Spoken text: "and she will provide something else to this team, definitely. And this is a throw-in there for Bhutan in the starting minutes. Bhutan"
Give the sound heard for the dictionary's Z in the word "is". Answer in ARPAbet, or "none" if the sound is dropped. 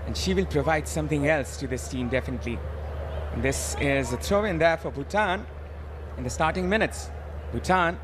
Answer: Z